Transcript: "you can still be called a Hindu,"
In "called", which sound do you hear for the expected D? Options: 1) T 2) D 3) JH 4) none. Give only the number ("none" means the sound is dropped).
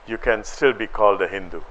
2